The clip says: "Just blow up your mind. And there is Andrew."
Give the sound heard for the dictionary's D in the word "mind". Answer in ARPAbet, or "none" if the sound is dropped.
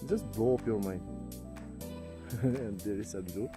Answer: none